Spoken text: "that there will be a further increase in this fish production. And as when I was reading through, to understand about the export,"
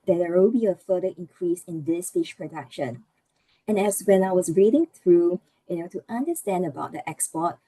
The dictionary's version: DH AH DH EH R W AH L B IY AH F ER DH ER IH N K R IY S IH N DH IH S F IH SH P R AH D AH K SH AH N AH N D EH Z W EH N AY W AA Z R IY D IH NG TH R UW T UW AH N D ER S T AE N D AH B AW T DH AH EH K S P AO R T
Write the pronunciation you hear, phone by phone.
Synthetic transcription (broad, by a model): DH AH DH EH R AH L B IY AH F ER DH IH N K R IY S IH N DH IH S F IH SH P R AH D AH K SH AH N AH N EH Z W EH N AY W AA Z R IY D IH NG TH R UW T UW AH N D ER S T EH N D AH B AW T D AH EH K S P AO T